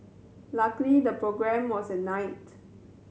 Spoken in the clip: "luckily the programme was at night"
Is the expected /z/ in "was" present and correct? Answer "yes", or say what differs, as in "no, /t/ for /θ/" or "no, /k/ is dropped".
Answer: no, /s/ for /z/